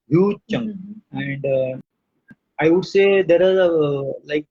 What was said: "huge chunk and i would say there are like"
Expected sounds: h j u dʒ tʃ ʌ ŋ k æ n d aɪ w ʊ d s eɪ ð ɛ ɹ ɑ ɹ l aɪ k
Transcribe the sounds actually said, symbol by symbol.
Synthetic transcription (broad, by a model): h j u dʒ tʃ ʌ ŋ æ n d aɪ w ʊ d s eɪ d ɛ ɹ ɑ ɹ l aɪ k